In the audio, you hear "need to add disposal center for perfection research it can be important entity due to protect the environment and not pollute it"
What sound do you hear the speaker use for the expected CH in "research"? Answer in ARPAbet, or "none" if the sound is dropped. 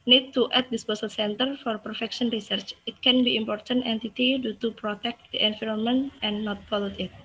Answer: CH